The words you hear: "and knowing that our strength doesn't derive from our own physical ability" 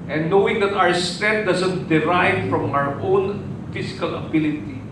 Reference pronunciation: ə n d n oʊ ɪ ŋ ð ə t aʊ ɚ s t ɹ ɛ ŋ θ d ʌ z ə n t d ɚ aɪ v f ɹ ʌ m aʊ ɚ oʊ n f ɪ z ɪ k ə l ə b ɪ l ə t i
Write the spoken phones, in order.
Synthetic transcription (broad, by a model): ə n n oʊ ɪ ŋ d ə t aʊ ɚ s t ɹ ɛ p d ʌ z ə n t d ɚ aɪ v f ɹ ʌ m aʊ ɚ oʊ n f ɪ s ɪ k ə l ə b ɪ l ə t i